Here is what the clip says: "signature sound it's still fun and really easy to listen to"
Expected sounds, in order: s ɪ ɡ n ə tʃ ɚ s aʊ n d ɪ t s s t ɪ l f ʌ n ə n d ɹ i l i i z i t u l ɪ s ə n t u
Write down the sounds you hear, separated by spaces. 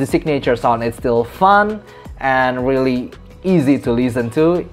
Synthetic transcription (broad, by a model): s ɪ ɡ n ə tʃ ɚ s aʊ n ɪ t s s t ɪ l f ʌ n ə n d ɹ i l i i z i t u l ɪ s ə n t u